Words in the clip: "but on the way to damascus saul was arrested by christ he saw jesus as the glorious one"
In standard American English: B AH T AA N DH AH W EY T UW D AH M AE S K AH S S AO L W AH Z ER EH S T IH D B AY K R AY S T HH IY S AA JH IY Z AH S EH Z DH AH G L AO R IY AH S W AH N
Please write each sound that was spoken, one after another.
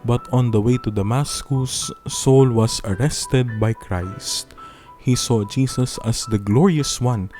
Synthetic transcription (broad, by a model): B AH T AA N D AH W EY T UW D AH M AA S K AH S S AO L W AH S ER EH S T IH D B AY K R AY S T HH IY S AA JH IY S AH S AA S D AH G L AO R IY AH S W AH N